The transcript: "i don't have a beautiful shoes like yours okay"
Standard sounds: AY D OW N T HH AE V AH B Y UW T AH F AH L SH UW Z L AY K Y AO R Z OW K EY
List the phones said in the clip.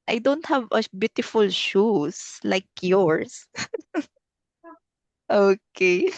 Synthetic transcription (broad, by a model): AY D OW N T HH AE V AH B Y UW T AH F AH L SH UW S L AY K Y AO R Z OW K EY